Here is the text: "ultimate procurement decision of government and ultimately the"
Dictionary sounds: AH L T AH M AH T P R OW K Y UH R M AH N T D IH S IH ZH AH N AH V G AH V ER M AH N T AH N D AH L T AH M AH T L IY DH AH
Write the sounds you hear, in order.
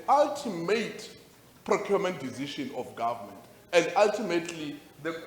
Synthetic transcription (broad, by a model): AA L T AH M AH T P R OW K Y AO M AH N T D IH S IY SH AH N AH F G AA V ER M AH N T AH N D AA L T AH M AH T L IY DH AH